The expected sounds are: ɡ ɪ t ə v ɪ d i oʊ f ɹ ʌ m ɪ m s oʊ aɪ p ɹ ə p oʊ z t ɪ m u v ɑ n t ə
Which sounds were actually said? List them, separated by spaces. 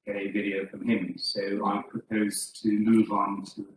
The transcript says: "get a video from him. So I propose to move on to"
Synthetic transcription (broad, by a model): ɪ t ə v ɪ d i oʊ f ɹ ʌ m ɪ m s oʊ aɪ p ɹ ə p oʊ z t ɪ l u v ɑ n t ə